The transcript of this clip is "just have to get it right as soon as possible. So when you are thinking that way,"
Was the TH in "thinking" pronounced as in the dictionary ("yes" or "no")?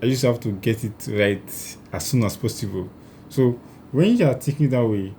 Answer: no